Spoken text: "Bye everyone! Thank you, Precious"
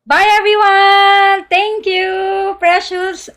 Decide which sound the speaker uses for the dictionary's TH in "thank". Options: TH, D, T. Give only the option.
T